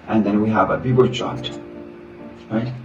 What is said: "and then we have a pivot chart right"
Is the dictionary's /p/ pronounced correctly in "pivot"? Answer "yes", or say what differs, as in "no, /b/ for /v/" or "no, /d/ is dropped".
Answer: no, /b/ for /p/